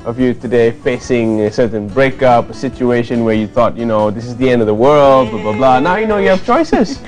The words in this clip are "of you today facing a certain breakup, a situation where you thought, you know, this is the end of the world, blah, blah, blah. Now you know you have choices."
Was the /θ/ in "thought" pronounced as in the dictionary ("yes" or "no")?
yes